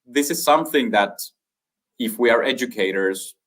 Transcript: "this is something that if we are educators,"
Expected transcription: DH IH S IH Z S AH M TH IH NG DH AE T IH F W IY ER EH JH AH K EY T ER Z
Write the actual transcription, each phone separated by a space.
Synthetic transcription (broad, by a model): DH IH S IH Z S AH M TH IH NG DH AE T IH F W IY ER EH JH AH K EY T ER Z